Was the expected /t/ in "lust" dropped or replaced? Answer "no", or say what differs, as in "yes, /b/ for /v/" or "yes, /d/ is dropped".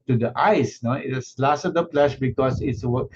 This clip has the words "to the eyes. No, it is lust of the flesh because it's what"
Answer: yes, /t/ is dropped